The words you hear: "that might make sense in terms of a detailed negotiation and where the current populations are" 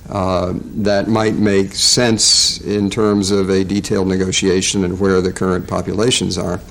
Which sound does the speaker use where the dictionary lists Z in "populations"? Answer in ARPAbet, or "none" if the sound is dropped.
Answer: Z